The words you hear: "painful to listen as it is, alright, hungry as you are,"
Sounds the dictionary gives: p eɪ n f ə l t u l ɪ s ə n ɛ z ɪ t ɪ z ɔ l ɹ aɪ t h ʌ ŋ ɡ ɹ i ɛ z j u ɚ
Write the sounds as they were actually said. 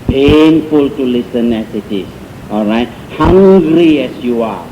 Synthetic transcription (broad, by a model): p eɪ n f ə l t u l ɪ s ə n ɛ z ɪ t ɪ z ɔ l ɹ aɪ t h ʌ ŋ ɡ ɹ i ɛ s j u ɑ